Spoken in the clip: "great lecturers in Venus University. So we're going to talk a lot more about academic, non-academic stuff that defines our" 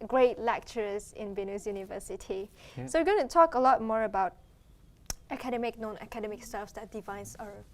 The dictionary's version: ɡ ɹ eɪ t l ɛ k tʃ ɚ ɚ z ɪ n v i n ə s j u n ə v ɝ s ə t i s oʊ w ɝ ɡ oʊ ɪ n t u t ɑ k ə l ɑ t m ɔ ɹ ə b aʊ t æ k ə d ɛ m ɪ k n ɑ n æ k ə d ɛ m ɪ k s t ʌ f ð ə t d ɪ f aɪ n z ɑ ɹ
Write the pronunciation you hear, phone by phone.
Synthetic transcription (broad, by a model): ɡ ɹ eɪ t l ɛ k tʃ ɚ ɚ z ɪ n b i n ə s j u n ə v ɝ s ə t i s oʊ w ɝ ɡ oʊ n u t ɑ k ə l ɑ t m ɔ ɹ ə b aʊ t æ k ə d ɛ m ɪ k n ɑ n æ k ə d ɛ m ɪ k s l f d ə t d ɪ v aɪ n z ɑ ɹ